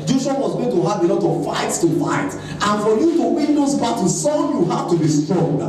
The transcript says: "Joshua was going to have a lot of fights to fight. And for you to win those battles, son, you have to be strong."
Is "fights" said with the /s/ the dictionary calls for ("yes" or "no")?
yes